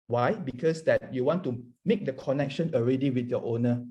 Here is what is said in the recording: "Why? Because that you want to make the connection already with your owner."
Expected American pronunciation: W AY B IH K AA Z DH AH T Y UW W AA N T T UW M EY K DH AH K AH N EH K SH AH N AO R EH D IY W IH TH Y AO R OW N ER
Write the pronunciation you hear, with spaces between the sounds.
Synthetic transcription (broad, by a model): W AY B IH K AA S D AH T Y UW W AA N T T UW M EY K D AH K AH N EH K SH AH N AO R EH D IY W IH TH Y AO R OW N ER